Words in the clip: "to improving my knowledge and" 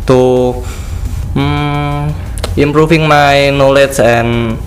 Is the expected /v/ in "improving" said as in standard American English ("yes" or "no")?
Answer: no